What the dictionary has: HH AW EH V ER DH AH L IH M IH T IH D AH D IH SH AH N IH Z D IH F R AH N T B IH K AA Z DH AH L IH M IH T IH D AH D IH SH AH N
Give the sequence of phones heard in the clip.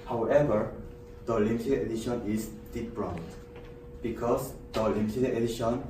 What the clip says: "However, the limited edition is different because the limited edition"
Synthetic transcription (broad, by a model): HH AW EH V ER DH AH L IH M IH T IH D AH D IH SH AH N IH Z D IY P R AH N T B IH K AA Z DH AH L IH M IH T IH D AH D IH SH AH N